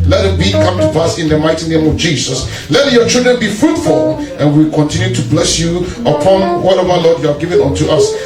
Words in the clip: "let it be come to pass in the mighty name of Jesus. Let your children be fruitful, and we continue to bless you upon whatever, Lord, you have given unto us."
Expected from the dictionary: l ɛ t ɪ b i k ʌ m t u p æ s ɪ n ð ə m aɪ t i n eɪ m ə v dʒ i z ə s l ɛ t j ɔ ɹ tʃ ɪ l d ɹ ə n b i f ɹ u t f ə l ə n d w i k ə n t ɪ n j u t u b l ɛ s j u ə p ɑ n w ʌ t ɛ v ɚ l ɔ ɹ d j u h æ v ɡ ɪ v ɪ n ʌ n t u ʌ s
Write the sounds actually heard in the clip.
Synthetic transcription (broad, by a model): l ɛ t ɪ b i k ʌ m t u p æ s ɪ n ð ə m aɪ t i n eɪ m ə v dʒ i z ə s l ɛ t j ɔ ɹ tʃ ɪ l d ɹ ə n b i f ɹ u t f ə l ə n w i k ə n t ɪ n j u t u b l ɛ s j u ə p ɑ n w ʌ t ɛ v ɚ l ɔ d j u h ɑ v ɡ ɪ v ɪ n ʌ n t u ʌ s